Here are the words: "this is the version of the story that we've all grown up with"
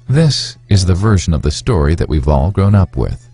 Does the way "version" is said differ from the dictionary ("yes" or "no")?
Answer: no